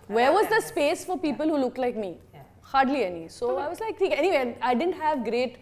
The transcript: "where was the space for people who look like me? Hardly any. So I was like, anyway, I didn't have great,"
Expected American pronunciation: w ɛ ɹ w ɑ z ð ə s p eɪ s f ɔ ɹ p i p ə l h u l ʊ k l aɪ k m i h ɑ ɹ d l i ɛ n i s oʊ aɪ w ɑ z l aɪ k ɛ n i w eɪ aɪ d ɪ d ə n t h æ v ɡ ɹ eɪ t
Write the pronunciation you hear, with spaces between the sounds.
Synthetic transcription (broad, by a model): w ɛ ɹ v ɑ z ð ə s p eɪ s f ɔ ɹ p i p ə l h u l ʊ k l aɪ k m i h ɑ ɹ d l i ɛ n i s oʊ aɪ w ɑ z l aɪ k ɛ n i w eɪ aɪ d ɪ d ə n t h æ v ɡ ɹ eɪ t